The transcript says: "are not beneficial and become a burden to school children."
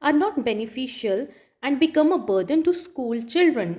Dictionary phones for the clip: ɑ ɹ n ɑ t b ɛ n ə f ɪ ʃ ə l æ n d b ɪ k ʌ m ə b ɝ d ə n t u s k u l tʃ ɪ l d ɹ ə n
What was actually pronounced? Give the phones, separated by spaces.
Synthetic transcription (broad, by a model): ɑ ɹ n ɑ t b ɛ n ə f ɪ ʃ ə l æ n d b ɪ k ʌ m ə b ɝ d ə n t u s k u l tʃ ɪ l d ɹ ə n